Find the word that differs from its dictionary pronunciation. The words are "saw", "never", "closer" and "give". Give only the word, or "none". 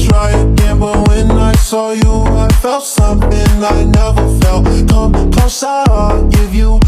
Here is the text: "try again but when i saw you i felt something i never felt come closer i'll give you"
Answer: closer